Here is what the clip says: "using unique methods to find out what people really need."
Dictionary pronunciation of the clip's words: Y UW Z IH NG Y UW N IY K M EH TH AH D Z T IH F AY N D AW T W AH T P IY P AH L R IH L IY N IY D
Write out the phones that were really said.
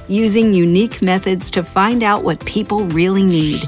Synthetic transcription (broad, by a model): Y UW Z IH NG Y UW N IY K M EH TH AH D Z T IH F AY N D AW T W AH T P IY P L R IH L IY N IY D